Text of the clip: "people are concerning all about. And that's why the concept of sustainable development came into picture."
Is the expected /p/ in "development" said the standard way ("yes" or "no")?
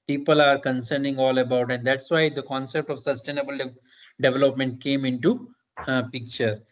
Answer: yes